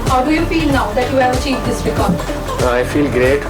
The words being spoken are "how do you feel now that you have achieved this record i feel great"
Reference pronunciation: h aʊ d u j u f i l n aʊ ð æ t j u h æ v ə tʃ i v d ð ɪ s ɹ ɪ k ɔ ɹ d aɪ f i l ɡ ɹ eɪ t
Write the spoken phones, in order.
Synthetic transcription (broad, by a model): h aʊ d u j u f i l n aʊ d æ t j u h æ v ə tʃ i v d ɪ s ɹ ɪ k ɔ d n aɪ f i l ɡ ɹ eɪ t